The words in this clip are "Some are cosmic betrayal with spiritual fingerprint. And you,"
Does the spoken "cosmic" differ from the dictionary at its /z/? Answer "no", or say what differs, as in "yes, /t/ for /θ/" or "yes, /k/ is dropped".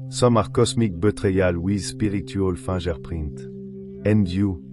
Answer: yes, /s/ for /z/